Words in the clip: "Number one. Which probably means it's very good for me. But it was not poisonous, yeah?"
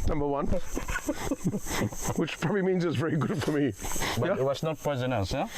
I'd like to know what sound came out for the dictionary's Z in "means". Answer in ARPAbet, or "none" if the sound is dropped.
Z